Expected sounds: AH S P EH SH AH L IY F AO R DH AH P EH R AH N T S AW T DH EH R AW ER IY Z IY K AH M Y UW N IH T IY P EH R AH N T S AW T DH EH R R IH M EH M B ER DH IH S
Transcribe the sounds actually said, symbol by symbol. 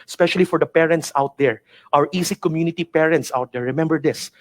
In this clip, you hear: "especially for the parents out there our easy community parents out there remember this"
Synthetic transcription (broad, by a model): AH S P EH SH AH L IY F AO R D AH P EH R AH N T S AW T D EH R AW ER IY S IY K AH M Y UW N IH T IY P EH R AH N T S AW T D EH R R IH M EH M B ER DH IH S